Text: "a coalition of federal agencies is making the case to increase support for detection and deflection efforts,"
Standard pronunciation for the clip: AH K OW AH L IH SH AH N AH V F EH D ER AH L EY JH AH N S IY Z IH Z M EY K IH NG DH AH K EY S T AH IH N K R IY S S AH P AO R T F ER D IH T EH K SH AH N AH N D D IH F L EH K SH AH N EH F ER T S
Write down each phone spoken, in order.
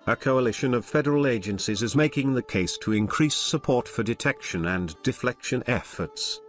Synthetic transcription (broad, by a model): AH K OW AH L IH SH AH N AH V F EH D ER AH L EY JH AH N S IY Z IH Z M EY K IH NG DH AH K EY S T AH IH N K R IY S S AH P AO R T F ER D IH T EH K SH AH N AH N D D IH F L EH K SH AH N EH F ER T S